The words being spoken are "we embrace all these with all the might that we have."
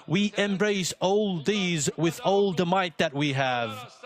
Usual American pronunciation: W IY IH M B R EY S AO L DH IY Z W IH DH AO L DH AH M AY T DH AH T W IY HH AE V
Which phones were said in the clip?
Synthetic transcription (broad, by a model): W IY IH M B R EY S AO L DH IY Z W IH DH AO L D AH M AY T DH AH T W IY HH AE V